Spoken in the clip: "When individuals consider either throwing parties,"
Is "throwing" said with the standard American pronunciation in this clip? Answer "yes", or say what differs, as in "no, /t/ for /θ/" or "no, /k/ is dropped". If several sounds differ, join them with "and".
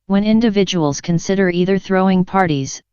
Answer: yes